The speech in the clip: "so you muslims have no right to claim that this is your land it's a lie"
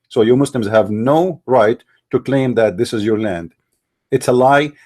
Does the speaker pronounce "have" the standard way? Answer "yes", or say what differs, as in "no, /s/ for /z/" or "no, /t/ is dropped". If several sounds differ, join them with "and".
yes